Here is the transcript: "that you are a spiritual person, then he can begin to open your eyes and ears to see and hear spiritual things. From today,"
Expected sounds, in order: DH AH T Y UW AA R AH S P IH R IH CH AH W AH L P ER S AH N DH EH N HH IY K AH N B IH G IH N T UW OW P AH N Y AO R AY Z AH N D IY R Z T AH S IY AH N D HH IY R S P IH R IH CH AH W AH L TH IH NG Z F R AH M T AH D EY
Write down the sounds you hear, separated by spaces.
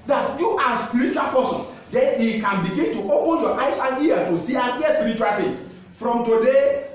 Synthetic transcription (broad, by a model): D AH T Y UW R AH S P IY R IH CH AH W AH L P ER S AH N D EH N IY K AH N B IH G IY N T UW OW P AH N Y AO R AY S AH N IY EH T AH S IY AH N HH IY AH S P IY R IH CH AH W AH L T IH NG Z F R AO M T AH D EY